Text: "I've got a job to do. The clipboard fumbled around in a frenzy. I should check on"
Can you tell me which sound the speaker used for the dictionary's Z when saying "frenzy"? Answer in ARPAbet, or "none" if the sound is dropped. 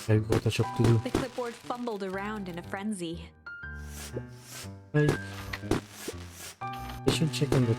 Z